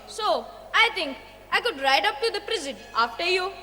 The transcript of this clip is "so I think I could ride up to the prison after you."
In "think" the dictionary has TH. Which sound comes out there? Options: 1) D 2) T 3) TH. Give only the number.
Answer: 2